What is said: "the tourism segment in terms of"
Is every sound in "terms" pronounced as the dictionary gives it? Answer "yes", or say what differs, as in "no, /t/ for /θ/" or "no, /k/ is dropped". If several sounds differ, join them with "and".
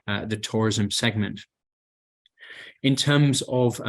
yes